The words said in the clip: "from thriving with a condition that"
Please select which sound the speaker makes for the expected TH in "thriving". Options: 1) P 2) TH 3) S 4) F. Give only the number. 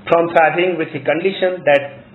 4